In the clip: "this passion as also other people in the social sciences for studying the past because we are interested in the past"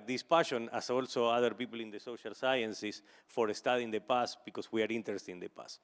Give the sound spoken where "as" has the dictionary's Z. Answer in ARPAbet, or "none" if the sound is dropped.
S